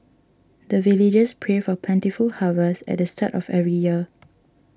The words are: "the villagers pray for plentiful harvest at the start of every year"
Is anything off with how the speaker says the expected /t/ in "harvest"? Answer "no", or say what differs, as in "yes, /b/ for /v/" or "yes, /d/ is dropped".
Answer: yes, /t/ is dropped